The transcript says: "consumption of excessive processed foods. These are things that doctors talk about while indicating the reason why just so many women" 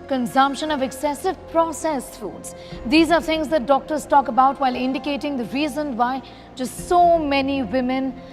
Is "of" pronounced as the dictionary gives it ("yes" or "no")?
yes